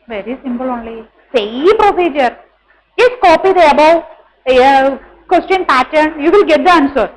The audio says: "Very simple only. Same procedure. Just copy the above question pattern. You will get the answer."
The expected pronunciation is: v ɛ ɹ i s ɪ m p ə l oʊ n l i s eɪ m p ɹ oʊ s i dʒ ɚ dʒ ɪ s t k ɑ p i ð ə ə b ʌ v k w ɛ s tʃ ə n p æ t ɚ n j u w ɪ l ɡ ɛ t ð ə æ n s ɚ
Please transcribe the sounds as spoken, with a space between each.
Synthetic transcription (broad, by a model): v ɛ ɹ i s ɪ m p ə l oʊ n l i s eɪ p ɹ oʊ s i dʒ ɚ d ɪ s k ɑ p i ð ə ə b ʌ w k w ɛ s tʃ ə n p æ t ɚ n j u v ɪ l ɡ ɛ t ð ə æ n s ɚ